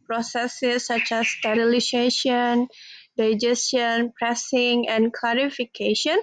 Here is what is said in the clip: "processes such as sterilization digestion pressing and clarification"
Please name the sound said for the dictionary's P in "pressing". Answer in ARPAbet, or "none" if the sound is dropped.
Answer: P